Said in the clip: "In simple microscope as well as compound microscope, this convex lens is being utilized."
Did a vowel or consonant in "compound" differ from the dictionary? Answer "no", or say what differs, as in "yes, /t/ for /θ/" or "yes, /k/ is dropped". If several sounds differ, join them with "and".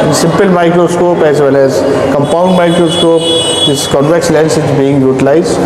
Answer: no